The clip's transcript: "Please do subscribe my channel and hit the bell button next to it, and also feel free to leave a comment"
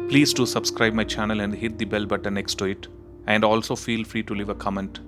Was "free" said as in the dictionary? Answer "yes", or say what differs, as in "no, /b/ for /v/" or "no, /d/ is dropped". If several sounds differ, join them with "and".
yes